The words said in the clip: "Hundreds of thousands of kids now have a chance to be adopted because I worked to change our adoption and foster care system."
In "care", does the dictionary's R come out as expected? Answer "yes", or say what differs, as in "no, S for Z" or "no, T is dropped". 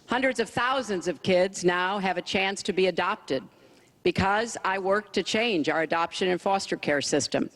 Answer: yes